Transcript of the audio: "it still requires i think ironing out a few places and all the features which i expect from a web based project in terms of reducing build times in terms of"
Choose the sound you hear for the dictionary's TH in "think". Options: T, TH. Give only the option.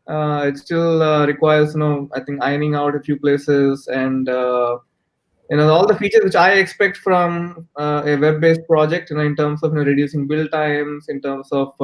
T